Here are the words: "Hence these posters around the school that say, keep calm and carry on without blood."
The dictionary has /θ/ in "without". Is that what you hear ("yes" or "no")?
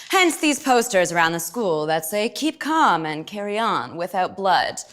yes